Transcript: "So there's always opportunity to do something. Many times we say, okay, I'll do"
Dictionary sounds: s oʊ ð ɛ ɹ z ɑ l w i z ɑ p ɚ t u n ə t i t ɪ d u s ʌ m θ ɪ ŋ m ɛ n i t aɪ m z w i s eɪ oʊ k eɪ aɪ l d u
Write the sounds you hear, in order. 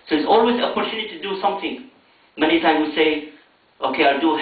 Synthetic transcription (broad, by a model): s oʊ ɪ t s ɑ l w i z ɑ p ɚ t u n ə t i t ɪ d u s ʌ m θ ɪ ŋ m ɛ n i t aɪ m w i s eɪ oʊ k eɪ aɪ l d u